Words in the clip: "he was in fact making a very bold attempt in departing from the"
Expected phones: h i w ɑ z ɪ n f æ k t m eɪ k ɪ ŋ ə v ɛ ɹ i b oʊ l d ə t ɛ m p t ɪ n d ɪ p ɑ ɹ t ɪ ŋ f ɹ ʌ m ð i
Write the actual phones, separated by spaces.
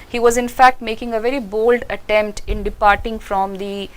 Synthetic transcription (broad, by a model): h i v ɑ z ɪ n f æ k t m eɪ k ɪ ŋ ə v ɛ ɹ i b oʊ l d ə t ɛ m p t ɪ n d ɪ p ɑ ɹ t ɪ ŋ f ɹ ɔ m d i